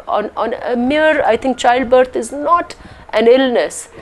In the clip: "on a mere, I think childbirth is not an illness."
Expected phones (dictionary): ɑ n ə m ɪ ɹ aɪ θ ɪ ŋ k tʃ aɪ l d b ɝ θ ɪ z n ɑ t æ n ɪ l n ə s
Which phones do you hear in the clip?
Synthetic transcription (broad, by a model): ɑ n ə m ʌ ɹ aɪ t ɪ ŋ k tʃ aɪ l d b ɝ t ɪ z n ɑ t æ n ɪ l n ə s